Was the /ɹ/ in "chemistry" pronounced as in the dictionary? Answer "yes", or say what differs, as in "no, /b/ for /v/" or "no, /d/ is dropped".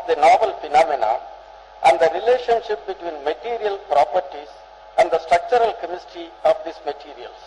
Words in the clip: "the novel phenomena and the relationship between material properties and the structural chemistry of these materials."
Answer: no, /ɹ/ is dropped